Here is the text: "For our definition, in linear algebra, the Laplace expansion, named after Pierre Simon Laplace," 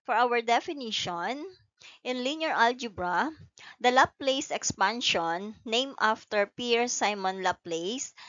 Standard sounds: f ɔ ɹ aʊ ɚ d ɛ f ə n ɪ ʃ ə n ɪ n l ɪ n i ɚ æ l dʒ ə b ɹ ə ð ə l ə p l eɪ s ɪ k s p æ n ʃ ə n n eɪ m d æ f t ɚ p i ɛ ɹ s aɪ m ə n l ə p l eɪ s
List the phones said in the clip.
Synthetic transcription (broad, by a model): f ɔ ɹ aʊ ɚ d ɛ f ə n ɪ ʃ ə n ɪ n l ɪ n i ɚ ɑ l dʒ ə b ɹ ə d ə l ə p l eɪ s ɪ k s p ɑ n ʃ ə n n eɪ m ɑ f t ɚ p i ɹ s aɪ m ə n l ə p l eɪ s